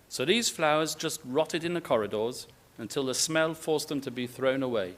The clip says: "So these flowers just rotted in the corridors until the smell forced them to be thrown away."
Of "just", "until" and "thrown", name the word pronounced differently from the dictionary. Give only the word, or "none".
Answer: none